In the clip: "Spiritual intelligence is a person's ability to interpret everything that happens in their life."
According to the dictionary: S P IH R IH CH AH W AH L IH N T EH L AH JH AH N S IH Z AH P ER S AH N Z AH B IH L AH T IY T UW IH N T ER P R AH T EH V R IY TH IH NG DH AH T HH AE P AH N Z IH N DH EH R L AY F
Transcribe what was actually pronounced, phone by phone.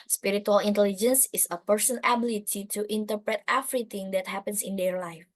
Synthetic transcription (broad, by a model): S P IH R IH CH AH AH L IH N T EH L AH JH AH N S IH S AH P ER S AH N AH B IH L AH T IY T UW IH N T ER P R AH T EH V R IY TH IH NG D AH T HH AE P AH N S IH N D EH R L AY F